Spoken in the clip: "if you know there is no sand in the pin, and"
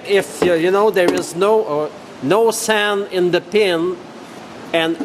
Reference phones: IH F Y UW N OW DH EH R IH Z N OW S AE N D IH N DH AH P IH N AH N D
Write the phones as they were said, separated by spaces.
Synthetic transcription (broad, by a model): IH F Y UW N OW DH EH R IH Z N OW S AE N IH N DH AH P IH N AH N